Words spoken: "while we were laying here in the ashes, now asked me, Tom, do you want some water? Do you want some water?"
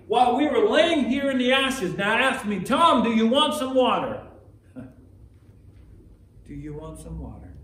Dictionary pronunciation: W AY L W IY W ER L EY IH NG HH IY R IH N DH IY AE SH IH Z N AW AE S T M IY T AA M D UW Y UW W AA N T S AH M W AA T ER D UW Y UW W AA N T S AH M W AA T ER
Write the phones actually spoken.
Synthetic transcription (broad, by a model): W AY L W IY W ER L EY IH NG HH IY R IH N DH IY AE SH IH Z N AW AE S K M IY T AA M D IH Y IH W AA N T S AH M W AA T ER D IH Y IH W AA N T S AH M W AA T ER